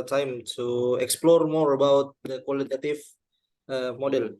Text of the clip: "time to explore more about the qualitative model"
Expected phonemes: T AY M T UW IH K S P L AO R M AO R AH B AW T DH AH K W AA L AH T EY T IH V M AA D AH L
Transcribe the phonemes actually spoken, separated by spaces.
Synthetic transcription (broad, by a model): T AY M T UW IH K S P L AO R M AO R AH B AW T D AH K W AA L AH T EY T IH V M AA D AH L